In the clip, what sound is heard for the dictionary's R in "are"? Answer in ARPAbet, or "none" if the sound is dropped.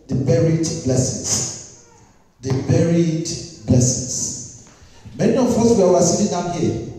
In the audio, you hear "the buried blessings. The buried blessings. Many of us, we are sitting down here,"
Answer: W